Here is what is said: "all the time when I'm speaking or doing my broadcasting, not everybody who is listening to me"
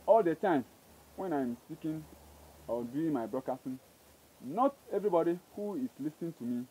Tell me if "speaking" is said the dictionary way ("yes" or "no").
no